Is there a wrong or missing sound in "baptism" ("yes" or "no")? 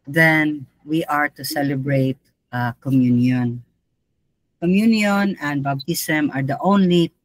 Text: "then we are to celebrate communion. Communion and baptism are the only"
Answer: yes